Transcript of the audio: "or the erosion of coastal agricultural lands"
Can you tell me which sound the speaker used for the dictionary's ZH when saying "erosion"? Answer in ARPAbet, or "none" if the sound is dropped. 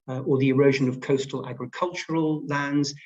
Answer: ZH